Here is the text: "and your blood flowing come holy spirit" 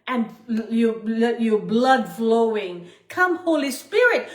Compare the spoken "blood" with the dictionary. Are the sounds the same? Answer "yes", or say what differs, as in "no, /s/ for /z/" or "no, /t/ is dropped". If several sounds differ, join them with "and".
yes